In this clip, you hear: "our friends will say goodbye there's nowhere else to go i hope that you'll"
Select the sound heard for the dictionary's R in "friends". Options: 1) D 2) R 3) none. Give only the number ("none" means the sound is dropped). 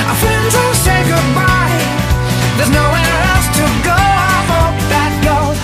3